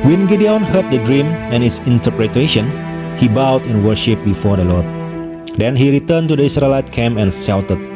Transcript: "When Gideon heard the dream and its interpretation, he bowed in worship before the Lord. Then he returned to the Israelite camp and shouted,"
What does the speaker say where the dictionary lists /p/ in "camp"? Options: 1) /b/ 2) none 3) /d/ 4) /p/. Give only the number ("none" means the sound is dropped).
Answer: 2